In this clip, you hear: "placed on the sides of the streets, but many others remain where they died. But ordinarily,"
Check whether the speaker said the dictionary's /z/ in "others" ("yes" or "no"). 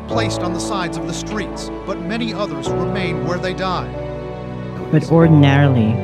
yes